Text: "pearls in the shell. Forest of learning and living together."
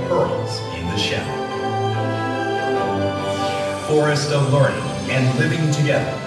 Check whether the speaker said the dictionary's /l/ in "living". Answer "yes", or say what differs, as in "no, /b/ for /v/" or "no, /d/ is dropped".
yes